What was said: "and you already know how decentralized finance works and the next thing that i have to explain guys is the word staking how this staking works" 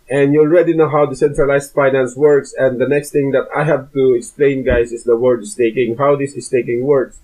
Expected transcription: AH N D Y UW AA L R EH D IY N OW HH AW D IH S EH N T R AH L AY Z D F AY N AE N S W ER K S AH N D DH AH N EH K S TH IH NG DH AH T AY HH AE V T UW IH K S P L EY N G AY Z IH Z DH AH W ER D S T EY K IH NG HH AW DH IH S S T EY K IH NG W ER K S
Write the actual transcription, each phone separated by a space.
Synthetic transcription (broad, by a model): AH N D Y UW L R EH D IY N OW HH AW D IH S EH N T R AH L AY S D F AY N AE N S W ER K S AH N D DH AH N EH K S T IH NG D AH T AY HH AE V T UW IH K S P L EY N G AY S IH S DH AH W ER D S T EY K IH NG HH AW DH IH S S T EY K IH NG W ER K S